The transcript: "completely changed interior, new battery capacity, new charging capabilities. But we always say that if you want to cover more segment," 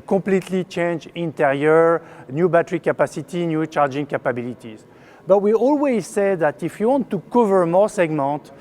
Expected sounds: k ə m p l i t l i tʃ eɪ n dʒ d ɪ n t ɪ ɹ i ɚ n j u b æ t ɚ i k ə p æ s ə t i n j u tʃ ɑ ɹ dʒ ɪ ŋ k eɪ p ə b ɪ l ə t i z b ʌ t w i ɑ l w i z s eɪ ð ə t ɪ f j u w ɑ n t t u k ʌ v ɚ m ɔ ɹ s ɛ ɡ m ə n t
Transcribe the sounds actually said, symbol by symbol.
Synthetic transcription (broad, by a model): k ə p l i t l i tʃ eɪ n dʒ ɪ n t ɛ ɹ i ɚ n j u b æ t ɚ i k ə p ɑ s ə t i n j u tʃ ɑ ɹ dʒ ɪ ŋ k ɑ p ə b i l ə t i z b ʌ t w i ɑ l w i z s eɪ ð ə t ɪ f j u w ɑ n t t u k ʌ v ɚ m ɔ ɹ s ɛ ɡ m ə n t